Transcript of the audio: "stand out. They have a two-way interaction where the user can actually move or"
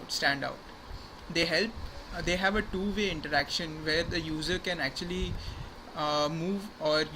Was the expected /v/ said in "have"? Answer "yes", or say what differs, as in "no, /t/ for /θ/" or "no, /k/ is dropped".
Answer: yes